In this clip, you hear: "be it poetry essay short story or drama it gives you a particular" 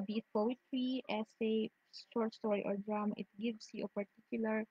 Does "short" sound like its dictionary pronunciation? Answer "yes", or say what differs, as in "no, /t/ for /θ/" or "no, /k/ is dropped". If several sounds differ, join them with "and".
no, /s/ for /ʃ/